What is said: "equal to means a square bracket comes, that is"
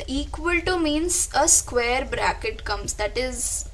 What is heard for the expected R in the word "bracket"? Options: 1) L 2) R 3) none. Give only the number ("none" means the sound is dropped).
2